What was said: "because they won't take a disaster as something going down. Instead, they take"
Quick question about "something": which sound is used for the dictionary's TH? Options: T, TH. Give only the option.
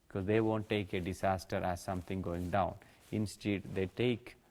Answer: T